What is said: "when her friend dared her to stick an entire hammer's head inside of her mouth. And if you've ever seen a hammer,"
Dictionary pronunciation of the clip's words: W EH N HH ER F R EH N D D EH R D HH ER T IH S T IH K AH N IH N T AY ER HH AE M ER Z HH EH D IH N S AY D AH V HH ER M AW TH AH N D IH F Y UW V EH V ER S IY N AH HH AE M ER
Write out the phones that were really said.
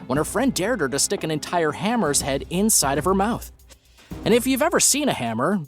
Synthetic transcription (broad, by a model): W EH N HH ER F R EH N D D EH R D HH ER T IH S T IH K AH N IH N T AY ER HH AE M ER Z HH EH D IH N S AY D AH V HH ER M AW TH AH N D IH F Y UW V EH V ER S IY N AH HH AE M ER